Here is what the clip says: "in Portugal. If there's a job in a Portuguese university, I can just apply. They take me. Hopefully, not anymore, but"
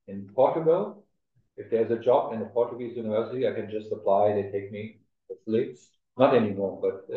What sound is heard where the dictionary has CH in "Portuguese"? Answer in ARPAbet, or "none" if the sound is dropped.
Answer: CH